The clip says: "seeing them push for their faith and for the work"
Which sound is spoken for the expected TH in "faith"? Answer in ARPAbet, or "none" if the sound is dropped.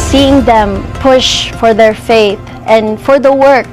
TH